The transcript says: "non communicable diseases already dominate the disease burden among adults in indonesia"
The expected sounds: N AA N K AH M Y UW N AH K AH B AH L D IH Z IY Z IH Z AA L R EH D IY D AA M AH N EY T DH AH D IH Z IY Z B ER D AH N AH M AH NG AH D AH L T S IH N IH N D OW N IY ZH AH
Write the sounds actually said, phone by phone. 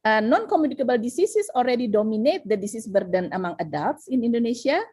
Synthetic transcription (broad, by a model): N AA N K AH M Y UW N AH K AH B AH L D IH S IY S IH S AA L R EH D IY D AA M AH N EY T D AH D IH S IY S B ER D AH N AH M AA NG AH D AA L T S IH N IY N D OW N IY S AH